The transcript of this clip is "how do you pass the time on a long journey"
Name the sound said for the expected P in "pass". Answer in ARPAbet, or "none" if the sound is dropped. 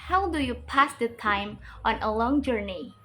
P